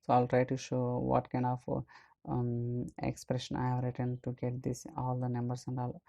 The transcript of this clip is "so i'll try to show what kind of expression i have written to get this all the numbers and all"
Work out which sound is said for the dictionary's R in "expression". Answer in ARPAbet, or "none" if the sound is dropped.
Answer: R